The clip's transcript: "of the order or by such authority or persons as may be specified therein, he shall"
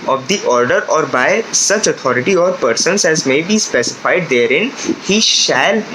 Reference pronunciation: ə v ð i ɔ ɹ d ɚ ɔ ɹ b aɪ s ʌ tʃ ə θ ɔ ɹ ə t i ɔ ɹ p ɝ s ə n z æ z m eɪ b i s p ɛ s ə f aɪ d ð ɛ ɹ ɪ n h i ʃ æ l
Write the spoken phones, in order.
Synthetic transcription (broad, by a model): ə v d i ɔ ɹ d ɚ ɔ ɹ b aɪ s ʌ tʃ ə t ɔ ɹ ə t i ɔ ɹ p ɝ s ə n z æ z m eɪ b i s p ɛ s ə f aɪ d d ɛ ɹ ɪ n h i ʃ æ l